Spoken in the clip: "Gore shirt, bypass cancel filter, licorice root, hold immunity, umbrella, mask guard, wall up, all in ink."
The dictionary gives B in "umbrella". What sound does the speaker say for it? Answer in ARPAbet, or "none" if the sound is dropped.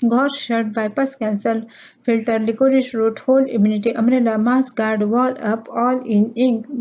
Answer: none